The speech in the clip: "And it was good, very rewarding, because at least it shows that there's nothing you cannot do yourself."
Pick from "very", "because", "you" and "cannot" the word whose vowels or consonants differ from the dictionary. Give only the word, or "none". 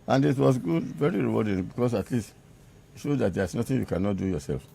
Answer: because